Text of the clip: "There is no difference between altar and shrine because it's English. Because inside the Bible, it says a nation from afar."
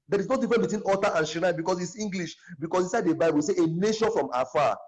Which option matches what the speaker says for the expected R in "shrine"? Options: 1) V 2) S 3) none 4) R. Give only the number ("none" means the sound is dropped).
3